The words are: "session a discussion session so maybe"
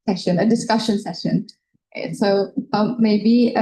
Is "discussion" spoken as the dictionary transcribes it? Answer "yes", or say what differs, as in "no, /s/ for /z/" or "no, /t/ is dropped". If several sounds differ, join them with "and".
yes